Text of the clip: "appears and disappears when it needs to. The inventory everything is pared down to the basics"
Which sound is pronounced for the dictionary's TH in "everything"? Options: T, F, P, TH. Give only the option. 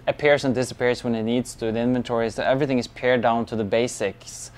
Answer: TH